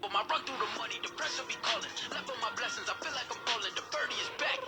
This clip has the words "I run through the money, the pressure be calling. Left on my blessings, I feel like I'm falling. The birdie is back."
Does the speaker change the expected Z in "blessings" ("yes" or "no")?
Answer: no